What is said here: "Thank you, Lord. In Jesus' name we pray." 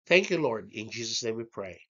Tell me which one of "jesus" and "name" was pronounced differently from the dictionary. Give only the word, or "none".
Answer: none